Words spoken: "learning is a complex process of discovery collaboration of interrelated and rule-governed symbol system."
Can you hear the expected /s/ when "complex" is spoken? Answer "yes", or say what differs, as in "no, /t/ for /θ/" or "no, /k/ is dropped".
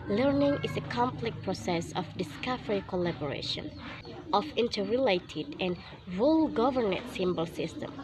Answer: no, /s/ is dropped